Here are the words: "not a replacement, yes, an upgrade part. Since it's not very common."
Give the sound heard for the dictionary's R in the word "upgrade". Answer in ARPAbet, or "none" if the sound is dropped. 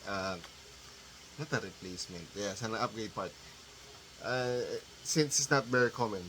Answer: none